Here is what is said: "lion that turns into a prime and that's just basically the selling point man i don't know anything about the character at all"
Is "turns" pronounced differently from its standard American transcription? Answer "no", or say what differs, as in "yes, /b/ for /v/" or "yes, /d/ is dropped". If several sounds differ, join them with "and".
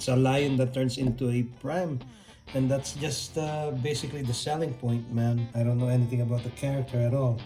yes, /s/ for /z/